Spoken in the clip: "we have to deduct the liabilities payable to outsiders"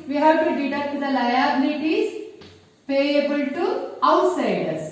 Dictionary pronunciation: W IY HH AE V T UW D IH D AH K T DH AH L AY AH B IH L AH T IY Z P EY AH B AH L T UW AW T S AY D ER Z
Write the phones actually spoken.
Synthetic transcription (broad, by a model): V IY HH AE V T UW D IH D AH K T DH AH L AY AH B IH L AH T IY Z P EY AH B AH L T UW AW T S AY D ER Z